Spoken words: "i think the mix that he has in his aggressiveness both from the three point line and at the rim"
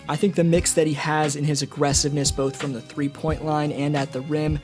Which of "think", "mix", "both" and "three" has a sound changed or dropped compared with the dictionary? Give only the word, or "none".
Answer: none